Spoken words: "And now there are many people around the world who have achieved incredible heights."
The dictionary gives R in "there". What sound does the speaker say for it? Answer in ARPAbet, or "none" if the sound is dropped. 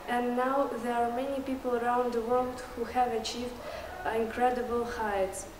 R